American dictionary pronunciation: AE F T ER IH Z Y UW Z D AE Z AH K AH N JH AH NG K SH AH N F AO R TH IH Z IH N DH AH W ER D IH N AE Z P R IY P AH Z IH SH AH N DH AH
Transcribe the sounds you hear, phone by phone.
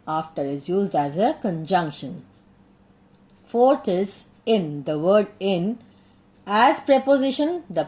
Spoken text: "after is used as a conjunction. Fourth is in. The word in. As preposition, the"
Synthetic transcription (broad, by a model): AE F T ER IH Z Y UW Z D AE Z AH K AH N JH AH NG K SH AH N F AO R T IH Z IH N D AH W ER D IH N AE Z P R IY P AH Z IH SH AH N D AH